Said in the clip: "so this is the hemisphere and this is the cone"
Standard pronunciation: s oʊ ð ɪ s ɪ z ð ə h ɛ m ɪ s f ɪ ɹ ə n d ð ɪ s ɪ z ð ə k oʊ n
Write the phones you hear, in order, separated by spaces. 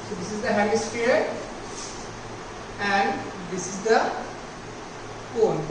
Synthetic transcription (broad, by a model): s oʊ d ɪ s ɪ z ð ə h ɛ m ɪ s p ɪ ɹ ə n d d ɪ s ɪ z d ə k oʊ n